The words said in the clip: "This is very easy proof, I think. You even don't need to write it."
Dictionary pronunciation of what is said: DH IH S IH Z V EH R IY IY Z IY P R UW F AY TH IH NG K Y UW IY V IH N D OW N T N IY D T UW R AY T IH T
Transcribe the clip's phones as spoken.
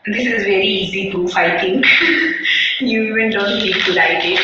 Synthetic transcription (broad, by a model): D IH S IH Z V EH R IY IY Z IY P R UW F AY T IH NG K Y UW IY V IH N D OW N T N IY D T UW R AY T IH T